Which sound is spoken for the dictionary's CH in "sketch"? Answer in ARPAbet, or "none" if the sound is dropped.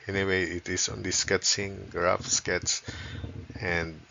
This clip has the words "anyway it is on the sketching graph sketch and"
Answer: S